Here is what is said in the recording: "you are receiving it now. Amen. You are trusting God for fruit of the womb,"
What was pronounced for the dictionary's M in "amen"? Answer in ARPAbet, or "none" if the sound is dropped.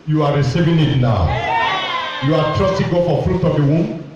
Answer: none